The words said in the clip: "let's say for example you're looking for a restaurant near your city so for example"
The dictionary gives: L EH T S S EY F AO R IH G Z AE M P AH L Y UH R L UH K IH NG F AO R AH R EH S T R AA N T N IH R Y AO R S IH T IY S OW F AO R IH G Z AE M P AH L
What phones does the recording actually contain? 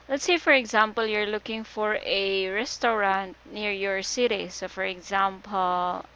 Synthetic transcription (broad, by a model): L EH T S S EY F AO R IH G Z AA M P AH L Y UH R L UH K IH NG F AO R AH R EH S T R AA N T N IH R Y AO R S IH T IY S OW F AO R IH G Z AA M P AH L